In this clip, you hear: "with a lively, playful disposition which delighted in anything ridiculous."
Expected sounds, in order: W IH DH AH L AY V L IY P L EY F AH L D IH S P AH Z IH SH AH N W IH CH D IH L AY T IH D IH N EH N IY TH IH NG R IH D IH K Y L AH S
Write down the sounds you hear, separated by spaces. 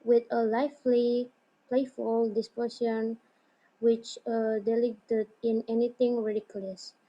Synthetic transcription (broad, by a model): W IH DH AH L AY F L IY P L EY F AH L D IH S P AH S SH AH N W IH CH D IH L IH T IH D IH N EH N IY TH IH NG R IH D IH K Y L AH S